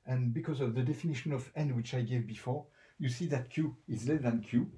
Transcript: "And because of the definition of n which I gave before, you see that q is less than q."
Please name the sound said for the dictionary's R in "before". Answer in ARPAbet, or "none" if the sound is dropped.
R